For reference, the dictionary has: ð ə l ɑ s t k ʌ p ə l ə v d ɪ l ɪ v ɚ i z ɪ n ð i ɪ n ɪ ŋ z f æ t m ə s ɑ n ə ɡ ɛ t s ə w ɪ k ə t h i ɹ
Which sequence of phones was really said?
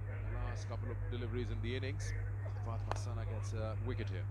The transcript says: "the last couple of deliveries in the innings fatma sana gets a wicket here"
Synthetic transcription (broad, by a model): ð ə l ɑ s t k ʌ p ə l ə v d ɪ l ɪ v ɚ i z ɪ n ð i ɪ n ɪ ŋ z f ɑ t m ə s ɑ n ə ɡ ɛ t s ə w ɪ k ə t h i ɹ